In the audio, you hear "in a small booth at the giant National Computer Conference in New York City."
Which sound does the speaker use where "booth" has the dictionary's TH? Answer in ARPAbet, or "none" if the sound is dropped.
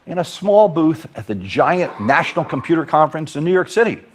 TH